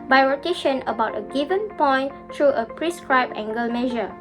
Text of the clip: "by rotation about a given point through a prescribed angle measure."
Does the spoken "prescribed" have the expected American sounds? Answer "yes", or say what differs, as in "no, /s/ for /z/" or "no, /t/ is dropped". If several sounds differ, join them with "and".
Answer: no, /d/ is dropped